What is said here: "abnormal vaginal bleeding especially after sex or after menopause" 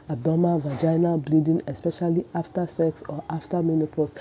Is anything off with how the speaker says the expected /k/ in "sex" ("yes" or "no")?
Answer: no